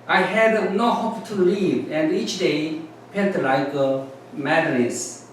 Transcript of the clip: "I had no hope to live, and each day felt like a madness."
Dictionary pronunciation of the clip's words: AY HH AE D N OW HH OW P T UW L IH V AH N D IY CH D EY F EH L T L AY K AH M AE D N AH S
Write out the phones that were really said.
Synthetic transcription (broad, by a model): AY HH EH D N OW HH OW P T UW L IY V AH N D IY CH D EY P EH N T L AY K AH M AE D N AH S